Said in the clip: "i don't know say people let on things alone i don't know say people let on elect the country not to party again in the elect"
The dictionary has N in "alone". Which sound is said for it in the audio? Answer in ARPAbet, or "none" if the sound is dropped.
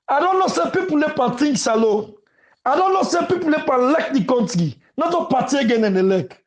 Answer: none